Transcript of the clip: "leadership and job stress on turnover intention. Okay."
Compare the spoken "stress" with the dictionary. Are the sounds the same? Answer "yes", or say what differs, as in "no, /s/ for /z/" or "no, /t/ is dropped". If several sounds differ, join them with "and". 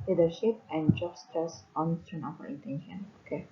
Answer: no, /ɹ/ is dropped